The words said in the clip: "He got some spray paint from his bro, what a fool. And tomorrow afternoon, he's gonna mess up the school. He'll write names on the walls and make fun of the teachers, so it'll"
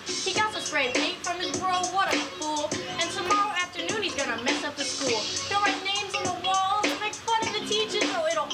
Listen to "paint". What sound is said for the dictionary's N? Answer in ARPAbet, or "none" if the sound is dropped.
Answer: none